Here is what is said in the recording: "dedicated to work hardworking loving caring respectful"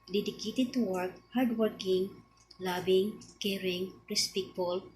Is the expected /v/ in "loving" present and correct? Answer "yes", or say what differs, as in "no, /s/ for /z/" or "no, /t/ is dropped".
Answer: no, /b/ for /v/